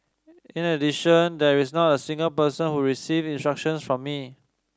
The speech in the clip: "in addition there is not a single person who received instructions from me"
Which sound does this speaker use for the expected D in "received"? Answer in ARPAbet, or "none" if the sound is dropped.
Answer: none